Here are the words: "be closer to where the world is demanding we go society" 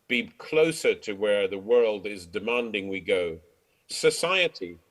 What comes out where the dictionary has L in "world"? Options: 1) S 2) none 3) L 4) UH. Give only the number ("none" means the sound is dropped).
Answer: 3